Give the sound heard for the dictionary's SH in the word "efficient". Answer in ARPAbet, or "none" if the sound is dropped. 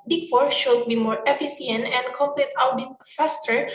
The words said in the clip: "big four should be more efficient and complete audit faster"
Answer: S